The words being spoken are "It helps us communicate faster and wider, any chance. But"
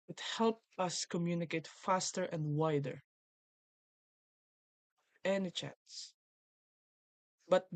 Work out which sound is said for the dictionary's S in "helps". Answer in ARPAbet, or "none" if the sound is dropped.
none